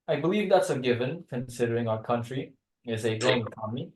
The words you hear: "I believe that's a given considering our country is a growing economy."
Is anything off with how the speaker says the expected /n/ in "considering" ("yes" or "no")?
no